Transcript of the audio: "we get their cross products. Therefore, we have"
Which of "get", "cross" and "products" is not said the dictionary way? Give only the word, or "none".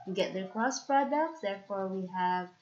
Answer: cross